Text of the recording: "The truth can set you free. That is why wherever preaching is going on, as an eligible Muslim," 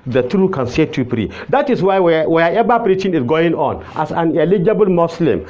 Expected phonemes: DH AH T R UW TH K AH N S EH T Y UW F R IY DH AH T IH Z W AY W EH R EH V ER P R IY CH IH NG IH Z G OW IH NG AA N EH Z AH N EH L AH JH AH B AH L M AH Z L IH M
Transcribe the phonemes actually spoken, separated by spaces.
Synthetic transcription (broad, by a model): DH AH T R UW K AH N S EH T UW P R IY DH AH T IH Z W AY W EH W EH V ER P R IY CH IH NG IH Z G OW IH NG AA N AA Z AH N EH L AH JH AH B AH L M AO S L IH M